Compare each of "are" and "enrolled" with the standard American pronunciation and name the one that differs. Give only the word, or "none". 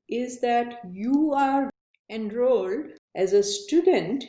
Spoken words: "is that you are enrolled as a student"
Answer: none